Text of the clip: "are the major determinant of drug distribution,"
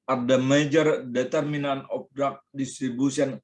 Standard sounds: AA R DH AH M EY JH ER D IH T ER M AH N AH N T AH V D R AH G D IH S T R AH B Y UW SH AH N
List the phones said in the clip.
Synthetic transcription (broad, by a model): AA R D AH M EY JH ER D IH T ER M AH N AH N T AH P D R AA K D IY S T R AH B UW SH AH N